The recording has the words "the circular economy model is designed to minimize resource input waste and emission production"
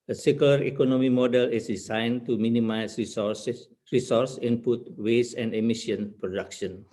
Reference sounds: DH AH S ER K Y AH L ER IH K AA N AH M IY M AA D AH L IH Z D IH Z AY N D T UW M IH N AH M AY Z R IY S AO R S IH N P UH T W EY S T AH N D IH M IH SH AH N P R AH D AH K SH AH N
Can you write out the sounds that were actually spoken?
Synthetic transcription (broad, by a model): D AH S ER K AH L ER IH K AA N AH M IY M AA D AH L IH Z D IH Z AY N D T UW M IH N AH M AY S R IY S AO R S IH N P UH T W EY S AH N D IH M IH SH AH N P R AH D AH K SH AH N